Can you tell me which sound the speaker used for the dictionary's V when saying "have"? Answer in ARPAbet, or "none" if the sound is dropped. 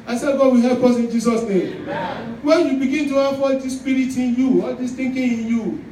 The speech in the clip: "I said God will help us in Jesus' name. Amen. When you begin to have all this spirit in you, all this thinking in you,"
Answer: F